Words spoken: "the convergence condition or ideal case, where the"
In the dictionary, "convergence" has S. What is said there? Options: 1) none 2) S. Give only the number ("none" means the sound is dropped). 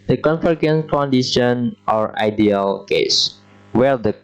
1